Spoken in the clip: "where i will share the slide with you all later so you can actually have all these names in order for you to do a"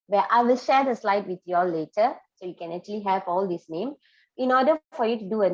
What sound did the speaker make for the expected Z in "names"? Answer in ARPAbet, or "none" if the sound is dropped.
none